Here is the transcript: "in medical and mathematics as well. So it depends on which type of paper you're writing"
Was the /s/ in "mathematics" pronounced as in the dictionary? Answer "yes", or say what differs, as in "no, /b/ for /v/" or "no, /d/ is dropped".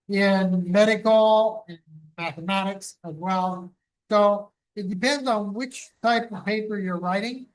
yes